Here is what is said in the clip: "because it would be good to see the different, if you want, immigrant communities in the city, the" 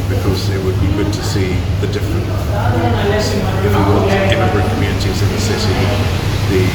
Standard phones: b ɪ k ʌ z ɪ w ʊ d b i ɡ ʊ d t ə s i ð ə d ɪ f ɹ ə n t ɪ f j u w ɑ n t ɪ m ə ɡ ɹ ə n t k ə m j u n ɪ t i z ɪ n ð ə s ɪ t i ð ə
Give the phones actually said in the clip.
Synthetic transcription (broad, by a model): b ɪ k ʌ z ɪ w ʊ d b i ɡ ʊ d t ə s i ð ə d ɪ f ɹ ə n t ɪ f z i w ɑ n ɪ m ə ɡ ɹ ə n k ə m j u n ɪ t i z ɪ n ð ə s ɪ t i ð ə